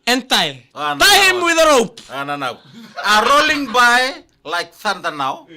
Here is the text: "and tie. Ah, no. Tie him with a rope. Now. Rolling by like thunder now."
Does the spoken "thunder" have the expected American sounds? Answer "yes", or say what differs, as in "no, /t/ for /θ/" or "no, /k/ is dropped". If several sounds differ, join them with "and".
no, /s/ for /θ/